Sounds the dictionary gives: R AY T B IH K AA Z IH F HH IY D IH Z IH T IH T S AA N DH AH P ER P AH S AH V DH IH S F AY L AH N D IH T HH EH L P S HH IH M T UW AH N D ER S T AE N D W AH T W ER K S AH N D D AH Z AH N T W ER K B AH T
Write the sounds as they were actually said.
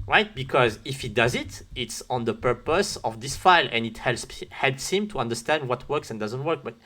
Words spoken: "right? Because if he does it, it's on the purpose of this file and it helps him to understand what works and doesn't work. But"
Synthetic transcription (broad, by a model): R AY T B IH K AA Z IH F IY D IH Z IH T IH T S AA N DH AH P ER P AH S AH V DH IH S F AY L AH N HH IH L HH EH L P S HH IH M T UW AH N D ER S T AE N D W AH T W ER K S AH N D D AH Z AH N T W ER K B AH T